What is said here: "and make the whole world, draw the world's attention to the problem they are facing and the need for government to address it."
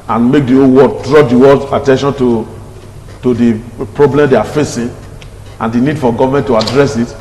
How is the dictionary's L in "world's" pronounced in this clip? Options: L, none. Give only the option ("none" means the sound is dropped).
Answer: none